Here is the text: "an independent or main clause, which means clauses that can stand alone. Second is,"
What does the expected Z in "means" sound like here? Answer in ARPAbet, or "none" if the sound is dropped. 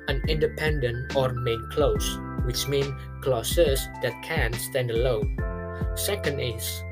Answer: none